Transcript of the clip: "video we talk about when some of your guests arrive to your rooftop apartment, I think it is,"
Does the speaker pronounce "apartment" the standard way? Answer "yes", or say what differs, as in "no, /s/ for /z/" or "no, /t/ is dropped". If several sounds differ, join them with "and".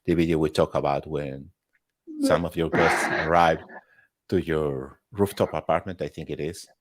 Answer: yes